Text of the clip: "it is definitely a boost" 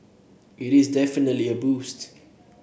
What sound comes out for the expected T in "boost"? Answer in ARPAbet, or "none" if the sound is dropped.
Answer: T